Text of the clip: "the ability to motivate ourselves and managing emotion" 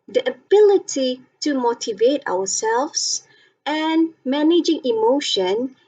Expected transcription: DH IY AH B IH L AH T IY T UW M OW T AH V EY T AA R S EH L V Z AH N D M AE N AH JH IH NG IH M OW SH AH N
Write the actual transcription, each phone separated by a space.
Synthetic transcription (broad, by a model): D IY AH B IH L AH T IY T UW M OW T AH V EY T AA W S EH L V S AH N M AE N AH JH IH NG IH M OW SH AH N